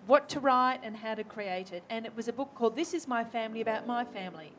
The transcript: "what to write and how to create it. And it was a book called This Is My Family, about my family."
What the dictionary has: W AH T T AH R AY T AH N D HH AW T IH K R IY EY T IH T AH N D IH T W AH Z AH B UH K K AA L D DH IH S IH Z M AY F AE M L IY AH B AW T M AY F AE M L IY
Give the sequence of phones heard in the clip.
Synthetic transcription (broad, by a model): W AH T T AH R AY T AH N HH AW T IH K R IY EY T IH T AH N IH T W AH Z AH B UH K K AA L D DH IH S IH Z M AY F AE M L IY AH B AW T M AY F AE M L IY